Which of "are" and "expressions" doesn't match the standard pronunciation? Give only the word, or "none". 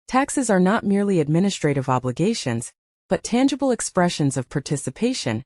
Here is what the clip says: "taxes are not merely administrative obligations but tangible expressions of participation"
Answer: none